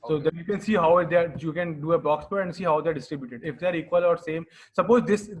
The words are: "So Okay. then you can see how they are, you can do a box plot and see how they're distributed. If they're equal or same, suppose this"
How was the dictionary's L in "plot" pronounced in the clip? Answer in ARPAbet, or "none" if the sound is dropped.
none